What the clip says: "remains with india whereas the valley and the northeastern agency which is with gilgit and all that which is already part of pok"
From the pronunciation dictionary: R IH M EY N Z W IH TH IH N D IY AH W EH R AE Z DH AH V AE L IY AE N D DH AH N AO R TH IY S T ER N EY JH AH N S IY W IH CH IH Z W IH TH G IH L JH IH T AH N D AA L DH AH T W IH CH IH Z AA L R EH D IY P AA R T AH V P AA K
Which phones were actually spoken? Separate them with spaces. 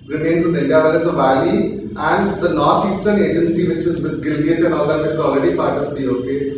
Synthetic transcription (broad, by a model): R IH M EY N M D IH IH N D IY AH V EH L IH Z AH V AE L IY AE N D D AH N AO R T IY S T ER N EY JH AH N S IY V IH CH IH Z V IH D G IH L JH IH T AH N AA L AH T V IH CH IH Z AA L R EH D IY P AA R T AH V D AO K